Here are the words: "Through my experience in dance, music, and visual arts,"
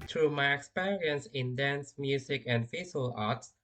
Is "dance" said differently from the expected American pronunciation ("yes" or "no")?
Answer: no